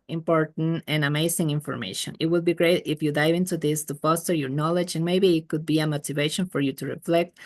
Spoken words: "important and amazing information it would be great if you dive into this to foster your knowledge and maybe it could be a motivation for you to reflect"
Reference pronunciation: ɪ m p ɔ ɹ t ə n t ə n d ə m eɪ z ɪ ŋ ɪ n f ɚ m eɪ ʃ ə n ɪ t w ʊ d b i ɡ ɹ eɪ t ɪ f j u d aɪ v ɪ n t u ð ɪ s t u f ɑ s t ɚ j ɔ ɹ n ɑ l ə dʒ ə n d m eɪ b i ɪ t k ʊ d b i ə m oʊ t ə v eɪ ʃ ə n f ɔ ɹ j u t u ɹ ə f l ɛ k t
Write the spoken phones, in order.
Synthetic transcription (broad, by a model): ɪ m p ɔ ɹ t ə n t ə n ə m eɪ s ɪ ŋ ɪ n f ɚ m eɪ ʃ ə n ɪ t w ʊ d b i ɡ ɹ eɪ t ɪ f j u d aɪ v ɪ n t u ð ɪ s t u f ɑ s t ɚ j ɔ ɹ n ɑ l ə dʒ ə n m eɪ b i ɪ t k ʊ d b i ə m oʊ t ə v eɪ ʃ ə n f ɔ ɹ j u t u ɹ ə f l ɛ k t